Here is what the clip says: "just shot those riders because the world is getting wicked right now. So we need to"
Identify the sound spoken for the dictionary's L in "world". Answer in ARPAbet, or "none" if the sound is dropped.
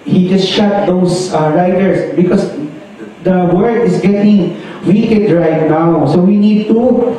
none